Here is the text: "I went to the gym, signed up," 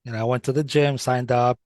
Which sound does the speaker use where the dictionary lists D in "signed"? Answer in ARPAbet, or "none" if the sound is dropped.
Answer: D